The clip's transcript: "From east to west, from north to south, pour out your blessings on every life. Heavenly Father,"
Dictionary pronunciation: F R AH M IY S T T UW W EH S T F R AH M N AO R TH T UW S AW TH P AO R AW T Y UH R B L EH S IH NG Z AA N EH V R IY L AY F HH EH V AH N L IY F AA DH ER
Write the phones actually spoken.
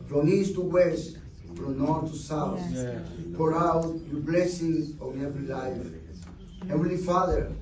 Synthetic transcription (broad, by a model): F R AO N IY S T T UW W EH S T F R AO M N AO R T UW S AW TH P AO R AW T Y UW B L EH S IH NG AA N EH V R IY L AY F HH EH W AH L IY F AA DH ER